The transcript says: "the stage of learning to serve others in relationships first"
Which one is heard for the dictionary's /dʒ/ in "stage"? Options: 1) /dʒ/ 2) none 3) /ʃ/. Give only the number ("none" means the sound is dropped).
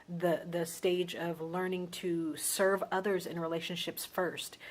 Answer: 1